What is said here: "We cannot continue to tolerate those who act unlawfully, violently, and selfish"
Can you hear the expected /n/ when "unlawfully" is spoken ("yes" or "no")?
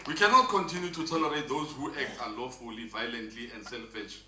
no